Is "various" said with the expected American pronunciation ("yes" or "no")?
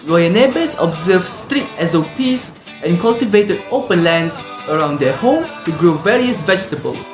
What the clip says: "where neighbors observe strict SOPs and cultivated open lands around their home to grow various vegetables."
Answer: yes